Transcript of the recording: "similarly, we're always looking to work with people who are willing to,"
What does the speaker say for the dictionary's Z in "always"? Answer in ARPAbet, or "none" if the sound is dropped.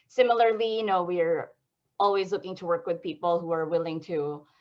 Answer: Z